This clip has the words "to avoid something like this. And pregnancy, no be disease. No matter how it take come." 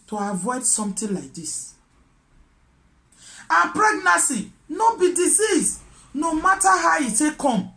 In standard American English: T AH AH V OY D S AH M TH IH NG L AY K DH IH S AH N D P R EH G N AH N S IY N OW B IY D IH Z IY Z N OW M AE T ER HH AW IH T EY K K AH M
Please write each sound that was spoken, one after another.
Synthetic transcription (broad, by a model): T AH AH V OY D S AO M T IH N L AY K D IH S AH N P R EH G N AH S IY N OW B IY D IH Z IY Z N OW M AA T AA HH AW IH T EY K K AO M